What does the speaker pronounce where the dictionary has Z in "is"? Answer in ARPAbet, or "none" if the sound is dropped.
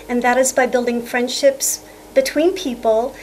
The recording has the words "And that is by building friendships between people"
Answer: Z